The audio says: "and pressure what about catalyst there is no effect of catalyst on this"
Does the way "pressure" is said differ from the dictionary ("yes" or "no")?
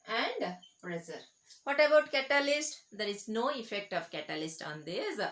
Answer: yes